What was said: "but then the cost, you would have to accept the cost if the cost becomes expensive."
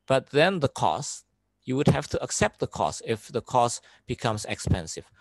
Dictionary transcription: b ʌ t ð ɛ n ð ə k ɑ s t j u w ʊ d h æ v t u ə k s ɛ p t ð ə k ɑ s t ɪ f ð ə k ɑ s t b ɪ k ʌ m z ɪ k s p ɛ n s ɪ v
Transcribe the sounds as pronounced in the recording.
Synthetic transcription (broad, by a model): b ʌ t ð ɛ n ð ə k ɑ s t j u w ʊ d h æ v t u ə k s ɛ p t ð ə k ɑ s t ɪ f ð ə k ɑ s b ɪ k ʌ m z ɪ k s p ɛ n s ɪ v